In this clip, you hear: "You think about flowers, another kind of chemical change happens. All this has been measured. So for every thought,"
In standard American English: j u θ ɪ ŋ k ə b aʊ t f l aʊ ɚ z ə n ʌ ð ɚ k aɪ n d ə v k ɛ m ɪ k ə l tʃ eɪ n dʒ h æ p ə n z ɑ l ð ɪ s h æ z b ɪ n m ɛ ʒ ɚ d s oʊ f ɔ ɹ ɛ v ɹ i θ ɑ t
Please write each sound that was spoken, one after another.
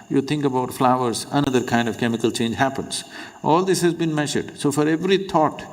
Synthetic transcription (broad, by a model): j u t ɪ ŋ k ə b aʊ t f l aʊ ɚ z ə n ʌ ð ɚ k aɪ n d ə v k ɛ m ɪ k ə l tʃ eɪ n dʒ h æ p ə n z ɑ l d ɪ s h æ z b ɪ n m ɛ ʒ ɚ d s oʊ f ɔ ɹ ɛ v ɹ i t ɑ t